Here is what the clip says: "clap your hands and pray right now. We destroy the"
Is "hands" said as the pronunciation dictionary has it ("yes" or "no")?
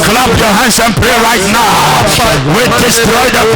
no